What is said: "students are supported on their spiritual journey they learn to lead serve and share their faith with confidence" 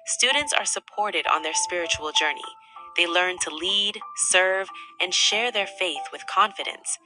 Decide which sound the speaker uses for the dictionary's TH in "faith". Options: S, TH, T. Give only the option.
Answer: TH